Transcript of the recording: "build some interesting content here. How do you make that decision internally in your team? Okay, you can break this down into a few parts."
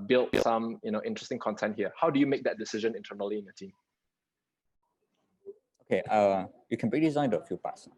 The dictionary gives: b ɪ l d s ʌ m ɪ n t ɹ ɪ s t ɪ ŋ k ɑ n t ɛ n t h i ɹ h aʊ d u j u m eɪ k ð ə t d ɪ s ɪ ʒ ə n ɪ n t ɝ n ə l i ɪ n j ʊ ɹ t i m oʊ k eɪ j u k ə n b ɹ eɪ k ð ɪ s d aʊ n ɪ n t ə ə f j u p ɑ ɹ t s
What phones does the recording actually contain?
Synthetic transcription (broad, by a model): b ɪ l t s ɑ m ɪ n t ɹ ɪ s t ɪ ŋ k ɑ n t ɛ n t h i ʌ h aʊ d u j u m eɪ k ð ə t d ɪ s ɪ ʒ ə n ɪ n t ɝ n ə l i ɪ n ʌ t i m oʊ k eɪ j u k ə n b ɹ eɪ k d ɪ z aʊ ɪ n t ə ə f j u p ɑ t s